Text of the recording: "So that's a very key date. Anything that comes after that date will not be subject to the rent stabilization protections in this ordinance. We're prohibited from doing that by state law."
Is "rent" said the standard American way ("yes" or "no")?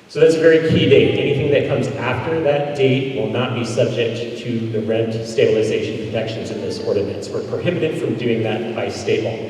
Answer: yes